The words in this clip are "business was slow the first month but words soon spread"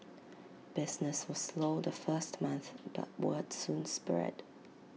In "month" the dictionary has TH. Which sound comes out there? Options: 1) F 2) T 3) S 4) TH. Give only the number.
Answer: 4